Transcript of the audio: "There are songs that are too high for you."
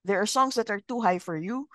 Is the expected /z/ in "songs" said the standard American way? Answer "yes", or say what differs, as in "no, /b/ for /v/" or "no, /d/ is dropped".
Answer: no, /s/ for /z/